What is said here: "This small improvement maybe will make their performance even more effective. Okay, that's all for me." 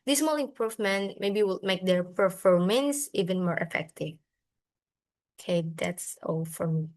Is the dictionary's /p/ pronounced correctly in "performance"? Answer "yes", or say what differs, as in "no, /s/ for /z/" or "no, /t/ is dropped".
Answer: no, /f/ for /p/